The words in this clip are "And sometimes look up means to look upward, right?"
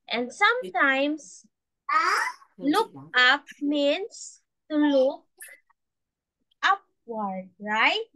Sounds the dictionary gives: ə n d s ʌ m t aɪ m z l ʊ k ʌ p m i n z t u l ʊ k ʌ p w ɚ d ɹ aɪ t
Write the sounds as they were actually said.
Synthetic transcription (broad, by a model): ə n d s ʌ m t aɪ m s l ʊ k ʌ p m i n s t u l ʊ k ʌ p w ɚ d ɹ aɪ t